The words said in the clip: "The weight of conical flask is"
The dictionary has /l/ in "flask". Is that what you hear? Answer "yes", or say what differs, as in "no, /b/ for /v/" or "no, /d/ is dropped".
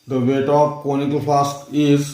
no, /l/ is dropped